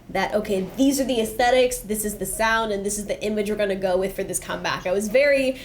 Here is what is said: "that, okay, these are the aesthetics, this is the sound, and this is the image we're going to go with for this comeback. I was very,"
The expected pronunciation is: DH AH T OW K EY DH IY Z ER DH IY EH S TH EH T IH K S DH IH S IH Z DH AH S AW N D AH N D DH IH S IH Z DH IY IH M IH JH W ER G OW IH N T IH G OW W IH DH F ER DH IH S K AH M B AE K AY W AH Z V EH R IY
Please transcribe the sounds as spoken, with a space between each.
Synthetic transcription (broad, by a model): DH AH T OW K EY DH IY Z ER DH IY EH S TH EH T IH K S DH IH S IH Z DH AH S AW N D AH N DH IH S IH Z DH IY IH M IH JH W ER G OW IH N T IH G OW W IH DH F ER DH IH S K AH M B AE K AY W AH Z V EH R IY